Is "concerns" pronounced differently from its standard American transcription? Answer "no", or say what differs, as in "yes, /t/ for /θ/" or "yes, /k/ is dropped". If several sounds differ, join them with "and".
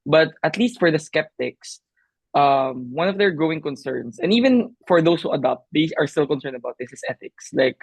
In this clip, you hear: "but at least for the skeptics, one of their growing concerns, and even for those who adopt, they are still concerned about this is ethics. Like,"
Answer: yes, /s/ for /z/